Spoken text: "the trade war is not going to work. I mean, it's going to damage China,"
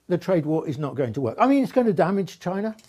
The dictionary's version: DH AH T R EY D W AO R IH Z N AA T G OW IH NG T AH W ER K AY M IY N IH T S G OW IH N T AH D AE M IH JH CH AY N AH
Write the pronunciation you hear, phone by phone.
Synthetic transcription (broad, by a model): DH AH T R EY D W AO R IH Z N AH T G OW IH NG T AH W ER K AY M IY N IH T S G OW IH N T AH D AE M IH JH CH AY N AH